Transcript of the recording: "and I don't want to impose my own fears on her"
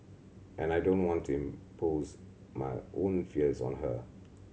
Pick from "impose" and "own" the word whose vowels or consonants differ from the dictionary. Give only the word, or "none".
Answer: none